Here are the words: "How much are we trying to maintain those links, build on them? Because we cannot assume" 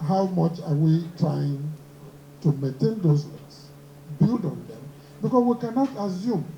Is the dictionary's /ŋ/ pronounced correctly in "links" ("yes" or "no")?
no